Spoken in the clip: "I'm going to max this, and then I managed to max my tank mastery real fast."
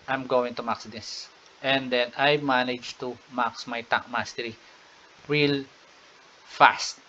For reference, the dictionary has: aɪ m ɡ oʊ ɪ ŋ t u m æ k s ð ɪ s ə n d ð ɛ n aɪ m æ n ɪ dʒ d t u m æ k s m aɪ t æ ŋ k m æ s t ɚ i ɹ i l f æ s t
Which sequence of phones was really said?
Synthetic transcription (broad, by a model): aɪ m ɡ oʊ ɪ ŋ t u m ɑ k s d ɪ s ə n d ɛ n aɪ m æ n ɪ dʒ t u m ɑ k s m aɪ t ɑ k m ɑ s t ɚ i ɹ i l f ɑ s t